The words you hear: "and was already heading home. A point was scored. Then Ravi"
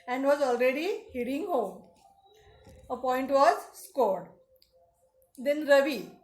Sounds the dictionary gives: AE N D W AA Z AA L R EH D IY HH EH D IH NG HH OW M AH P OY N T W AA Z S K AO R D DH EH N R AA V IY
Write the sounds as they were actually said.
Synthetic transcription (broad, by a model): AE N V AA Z AA L R EH D IY HH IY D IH NG HH OW M AH P OY N T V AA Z S K AO R D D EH N R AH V IY